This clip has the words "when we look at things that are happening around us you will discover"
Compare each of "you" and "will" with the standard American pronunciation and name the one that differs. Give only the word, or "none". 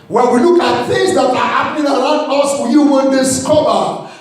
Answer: will